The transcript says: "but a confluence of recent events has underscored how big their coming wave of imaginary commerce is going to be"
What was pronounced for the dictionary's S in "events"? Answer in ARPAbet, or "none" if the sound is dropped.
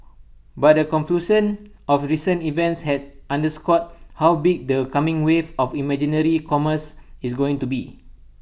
S